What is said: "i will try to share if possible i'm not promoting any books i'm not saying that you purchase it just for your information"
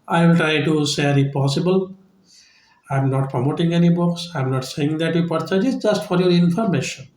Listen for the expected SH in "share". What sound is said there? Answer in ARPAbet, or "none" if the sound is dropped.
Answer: S